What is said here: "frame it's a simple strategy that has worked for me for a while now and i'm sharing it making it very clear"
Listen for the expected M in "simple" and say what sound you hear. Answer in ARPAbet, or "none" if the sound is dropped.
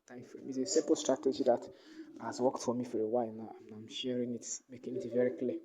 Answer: none